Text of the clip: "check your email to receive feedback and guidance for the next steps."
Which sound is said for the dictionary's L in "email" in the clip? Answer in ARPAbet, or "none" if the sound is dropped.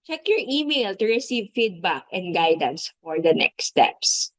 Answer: L